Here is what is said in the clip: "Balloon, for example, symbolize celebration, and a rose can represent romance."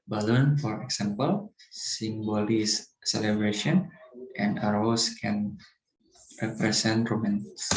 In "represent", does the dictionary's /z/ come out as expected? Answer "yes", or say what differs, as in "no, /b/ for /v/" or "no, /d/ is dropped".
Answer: no, /s/ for /z/